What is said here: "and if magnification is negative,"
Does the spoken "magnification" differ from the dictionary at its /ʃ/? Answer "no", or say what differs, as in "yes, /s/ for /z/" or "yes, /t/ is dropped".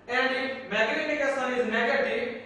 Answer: yes, /s/ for /ʃ/